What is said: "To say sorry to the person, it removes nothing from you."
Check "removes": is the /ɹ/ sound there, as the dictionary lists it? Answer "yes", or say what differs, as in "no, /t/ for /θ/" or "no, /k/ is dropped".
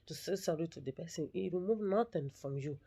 no, /w/ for /ɹ/